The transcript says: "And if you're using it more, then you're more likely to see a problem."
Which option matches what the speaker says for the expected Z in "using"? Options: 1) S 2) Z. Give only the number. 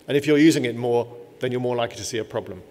2